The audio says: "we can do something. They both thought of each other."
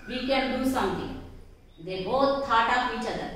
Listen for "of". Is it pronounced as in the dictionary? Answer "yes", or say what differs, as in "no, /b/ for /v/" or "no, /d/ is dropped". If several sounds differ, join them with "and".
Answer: no, /p/ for /v/